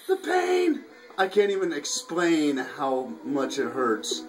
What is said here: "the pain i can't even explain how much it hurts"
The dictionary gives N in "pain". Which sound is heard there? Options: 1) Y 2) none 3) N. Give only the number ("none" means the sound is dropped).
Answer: 3